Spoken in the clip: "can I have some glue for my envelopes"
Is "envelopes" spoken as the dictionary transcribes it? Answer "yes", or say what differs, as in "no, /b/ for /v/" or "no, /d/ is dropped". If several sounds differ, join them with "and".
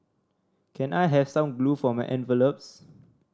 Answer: yes